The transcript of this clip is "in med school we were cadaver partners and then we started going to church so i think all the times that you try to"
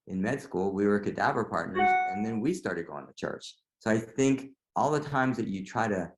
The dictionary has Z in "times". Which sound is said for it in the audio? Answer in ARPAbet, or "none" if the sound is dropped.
Z